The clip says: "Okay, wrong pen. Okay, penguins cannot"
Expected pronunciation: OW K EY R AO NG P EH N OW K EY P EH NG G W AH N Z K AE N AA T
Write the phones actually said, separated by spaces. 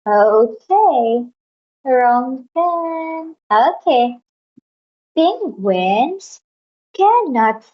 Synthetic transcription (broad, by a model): OW K EY R AO NG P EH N OW K EY B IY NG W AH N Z K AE N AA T